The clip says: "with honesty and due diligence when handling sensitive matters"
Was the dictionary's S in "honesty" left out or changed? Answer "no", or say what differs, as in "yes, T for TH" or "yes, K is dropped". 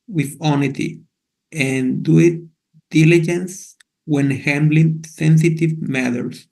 yes, S is dropped